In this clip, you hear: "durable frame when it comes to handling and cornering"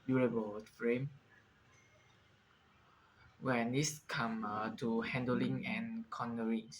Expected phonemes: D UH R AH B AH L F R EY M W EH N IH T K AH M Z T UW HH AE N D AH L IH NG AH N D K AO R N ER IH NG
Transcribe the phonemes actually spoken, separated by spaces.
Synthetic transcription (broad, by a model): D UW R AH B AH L F R EY M W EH N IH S K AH M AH T UW HH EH N D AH L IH NG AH N K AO N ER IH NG